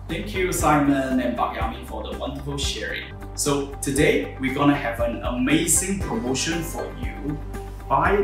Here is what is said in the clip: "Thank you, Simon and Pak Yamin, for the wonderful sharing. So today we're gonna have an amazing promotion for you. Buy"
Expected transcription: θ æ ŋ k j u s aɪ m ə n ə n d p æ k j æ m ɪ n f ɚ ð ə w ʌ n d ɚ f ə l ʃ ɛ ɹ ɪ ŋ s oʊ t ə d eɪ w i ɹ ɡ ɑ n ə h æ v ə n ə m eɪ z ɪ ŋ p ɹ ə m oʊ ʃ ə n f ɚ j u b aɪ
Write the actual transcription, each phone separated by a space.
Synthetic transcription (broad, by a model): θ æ ŋ k j u s aɪ m ə n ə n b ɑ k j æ m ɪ f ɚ ð ə w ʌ n d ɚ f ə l ʃ ɛ ɹ ɪ ŋ s oʊ t ə d eɪ w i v ɡ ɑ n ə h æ v ə n ə m eɪ z ɪ ŋ p ɹ ə m oʊ ʃ ə n f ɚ j u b aɪ